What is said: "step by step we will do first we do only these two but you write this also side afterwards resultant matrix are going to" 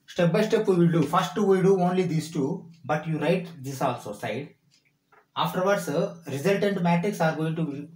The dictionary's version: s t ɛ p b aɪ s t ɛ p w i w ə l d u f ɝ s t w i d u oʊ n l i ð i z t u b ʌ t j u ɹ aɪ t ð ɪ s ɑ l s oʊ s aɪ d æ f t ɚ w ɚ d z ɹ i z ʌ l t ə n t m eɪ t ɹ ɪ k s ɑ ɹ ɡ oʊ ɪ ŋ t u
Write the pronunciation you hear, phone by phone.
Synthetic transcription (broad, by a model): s t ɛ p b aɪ s t ɛ p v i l d u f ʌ s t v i d u oʊ n l i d i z t u b ʌ t j u ɹ aɪ t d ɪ s ɑ l s oʊ s aɪ d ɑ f t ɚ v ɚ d s ɹ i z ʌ l t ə n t m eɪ t ɹ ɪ k s ɑ ɹ ɡ oʊ ɪ ŋ t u